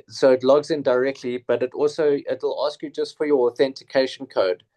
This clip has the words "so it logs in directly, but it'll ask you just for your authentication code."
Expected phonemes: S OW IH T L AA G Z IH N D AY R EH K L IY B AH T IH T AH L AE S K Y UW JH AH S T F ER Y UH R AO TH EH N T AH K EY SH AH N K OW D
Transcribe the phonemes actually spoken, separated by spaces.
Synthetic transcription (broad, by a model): S OW IH T L AA G Z IH N D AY R EH K L IY B AH T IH T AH L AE S K Y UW JH AH S T F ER Y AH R AO TH EH N T AH K EY SH AH N K OW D